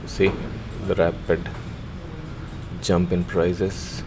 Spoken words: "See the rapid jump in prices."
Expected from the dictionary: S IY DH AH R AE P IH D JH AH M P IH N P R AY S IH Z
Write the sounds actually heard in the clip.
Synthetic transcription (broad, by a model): S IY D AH R AE P IH D JH AH M P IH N P R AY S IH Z